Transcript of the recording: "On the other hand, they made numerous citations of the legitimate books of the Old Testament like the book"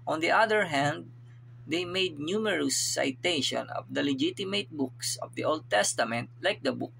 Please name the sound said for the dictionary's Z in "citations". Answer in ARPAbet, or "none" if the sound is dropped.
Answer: none